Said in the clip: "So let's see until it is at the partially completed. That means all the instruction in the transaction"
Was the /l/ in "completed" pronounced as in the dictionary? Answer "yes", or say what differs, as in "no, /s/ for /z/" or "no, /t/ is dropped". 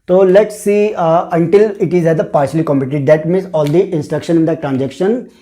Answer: no, /l/ is dropped